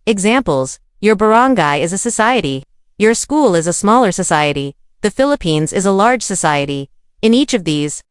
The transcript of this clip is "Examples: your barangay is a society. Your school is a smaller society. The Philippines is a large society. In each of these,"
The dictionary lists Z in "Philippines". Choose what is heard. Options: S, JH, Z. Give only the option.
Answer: Z